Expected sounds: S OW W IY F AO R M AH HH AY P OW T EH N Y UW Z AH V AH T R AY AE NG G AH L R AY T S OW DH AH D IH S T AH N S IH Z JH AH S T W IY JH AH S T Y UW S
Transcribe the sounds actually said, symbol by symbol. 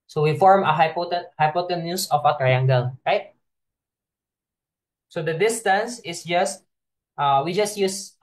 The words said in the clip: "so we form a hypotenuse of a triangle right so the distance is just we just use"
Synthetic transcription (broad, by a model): S OW W IY F AO R M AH HH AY P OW T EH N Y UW S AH F AH T R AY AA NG G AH L R AY T S OW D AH D IH S T AH N S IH S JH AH S T W IY JH AH S T Y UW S